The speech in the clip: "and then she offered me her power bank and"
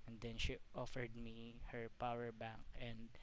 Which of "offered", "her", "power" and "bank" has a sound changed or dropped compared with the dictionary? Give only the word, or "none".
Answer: none